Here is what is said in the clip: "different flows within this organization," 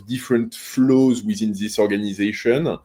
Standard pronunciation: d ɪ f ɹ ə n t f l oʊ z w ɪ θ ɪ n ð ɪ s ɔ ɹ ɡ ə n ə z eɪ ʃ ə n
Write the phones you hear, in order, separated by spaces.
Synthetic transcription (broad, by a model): d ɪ f ɹ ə n t f l oʊ z w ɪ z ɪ n ð ɪ s ɔ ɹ ɡ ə n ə z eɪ ʃ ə n